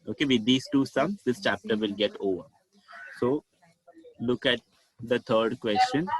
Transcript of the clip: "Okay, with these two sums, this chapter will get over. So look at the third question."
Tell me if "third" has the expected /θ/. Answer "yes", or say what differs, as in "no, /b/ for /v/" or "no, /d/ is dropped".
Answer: no, /t/ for /θ/